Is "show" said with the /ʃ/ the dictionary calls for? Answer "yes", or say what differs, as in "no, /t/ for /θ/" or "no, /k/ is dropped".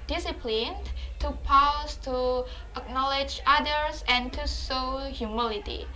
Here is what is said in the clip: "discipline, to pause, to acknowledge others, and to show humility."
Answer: no, /s/ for /ʃ/